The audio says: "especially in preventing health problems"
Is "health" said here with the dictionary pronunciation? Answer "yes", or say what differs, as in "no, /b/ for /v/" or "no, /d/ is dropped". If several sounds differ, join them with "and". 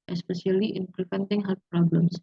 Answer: no, /f/ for /θ/